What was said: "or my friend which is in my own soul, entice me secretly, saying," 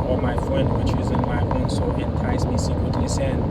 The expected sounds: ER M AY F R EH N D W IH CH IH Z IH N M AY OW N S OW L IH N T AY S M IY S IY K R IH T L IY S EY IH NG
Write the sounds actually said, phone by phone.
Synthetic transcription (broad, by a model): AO M AY F R EH N D W IH CH IH Z IH N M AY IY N S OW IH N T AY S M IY S IY K R IH T L IY S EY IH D